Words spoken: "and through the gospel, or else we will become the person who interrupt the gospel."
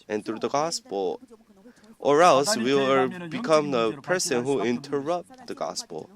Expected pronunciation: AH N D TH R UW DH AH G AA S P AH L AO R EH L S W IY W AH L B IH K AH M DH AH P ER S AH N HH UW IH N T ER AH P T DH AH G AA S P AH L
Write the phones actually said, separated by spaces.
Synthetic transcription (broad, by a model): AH N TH R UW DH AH G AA S P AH L AO R EH L S W IY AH B IH K AH M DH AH P ER S AH N HH UW IH N T ER AH P T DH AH G AA S P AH L